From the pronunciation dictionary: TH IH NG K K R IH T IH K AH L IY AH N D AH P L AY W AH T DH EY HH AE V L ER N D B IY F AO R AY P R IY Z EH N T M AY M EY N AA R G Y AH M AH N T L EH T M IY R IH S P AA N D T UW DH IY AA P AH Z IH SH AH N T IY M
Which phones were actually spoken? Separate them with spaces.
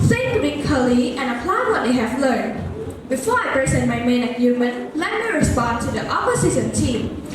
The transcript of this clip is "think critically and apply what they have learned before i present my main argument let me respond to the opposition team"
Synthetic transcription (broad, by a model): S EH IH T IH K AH L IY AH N AH P L AY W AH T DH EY HH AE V L ER N D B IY F AO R AY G R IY S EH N M AY M EY N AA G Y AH M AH N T L EH T M IY R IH S P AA N T UW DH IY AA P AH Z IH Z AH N T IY M